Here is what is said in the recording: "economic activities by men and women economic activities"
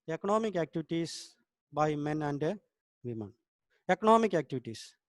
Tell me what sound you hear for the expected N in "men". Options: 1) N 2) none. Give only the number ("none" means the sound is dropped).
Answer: 1